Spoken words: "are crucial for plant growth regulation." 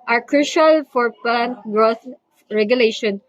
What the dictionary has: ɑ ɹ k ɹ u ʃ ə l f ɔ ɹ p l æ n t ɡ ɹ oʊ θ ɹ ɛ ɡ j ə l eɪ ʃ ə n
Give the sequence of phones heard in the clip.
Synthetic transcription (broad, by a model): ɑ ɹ k ɹ u ʃ ə l f ɔ ɹ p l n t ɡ ɹ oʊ s ɹ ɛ ɡ j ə l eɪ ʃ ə n